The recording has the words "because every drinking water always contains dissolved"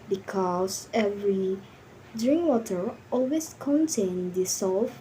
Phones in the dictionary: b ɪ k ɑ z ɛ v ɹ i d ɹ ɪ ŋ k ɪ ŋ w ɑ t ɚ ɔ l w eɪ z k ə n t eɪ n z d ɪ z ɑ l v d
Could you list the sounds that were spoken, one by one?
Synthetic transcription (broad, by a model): b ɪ k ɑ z ɛ v ɹ i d ɹ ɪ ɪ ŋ w ɑ t ɚ ɔ l w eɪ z k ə n t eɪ n d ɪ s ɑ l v